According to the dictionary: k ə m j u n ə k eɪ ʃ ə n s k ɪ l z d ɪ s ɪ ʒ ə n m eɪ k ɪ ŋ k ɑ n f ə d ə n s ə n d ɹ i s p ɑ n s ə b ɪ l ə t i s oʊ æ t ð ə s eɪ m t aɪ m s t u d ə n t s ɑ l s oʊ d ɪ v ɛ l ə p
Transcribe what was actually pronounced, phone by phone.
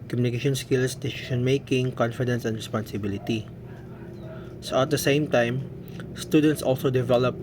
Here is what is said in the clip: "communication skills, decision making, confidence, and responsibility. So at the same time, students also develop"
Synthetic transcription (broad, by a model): k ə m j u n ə k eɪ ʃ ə n s k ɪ l s d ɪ s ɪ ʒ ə n m eɪ k ɪ ŋ k ɑ n f ə d ə n s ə n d ɹ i s p ɑ n s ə b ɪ l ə t i s oʊ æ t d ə s eɪ m t aɪ m s t u d ə n t s ɑ l s oʊ d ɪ v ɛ l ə p